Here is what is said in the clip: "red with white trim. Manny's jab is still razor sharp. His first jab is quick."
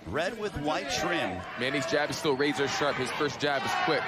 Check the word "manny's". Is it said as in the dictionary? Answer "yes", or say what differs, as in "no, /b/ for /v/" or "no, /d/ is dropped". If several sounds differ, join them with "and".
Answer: yes